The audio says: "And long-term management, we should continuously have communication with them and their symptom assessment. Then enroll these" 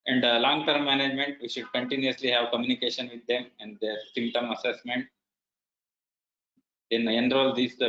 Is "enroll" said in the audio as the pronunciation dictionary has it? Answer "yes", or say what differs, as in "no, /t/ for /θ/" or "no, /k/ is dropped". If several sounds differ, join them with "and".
yes